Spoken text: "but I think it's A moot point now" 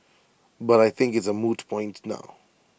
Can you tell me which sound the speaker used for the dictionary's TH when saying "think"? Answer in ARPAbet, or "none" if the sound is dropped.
TH